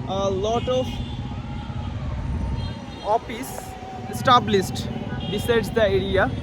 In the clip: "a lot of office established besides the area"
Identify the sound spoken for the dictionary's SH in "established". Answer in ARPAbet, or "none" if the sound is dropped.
S